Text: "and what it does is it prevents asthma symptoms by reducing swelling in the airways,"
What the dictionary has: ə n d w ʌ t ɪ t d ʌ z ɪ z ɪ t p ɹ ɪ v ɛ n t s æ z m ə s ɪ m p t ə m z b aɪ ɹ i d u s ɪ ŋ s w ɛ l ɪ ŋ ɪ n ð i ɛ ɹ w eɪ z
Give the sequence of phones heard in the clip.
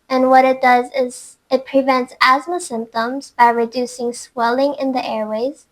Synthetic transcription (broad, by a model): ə n w ʌ t ɪ t d ʌ z ɪ z ɪ t p ɹ ɪ v ɛ n t s æ z m ə s ɪ m p t ə m z b aɪ ɹ i d u s ɪ ŋ s w ɛ l ɪ ŋ ɪ n ð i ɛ ɹ w eɪ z